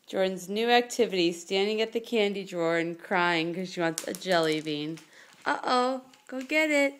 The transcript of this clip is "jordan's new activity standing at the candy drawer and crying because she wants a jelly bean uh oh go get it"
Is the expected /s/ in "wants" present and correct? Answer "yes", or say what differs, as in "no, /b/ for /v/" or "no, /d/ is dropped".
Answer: yes